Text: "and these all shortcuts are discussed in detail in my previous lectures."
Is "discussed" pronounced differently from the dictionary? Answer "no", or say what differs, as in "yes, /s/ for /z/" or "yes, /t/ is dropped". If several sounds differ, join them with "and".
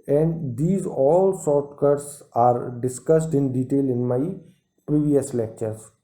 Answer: no